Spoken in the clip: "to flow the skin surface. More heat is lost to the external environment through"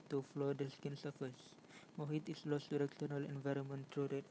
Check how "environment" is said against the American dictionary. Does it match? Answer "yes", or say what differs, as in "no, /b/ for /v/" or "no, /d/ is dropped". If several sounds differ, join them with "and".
yes